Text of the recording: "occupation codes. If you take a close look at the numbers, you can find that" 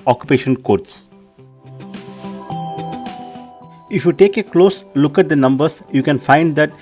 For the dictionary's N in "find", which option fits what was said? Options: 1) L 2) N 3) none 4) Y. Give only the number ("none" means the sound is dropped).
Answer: 2